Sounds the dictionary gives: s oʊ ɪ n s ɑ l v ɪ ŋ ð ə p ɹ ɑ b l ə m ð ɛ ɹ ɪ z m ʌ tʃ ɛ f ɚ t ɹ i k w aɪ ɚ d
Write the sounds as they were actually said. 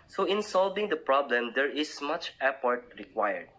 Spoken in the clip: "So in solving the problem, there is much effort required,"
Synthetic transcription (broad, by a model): s oʊ ɪ n s ɑ l v ɪ ŋ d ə p ɹ ɑ b l ə m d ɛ ɹ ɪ s m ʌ tʃ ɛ p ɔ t ɹ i k w aɪ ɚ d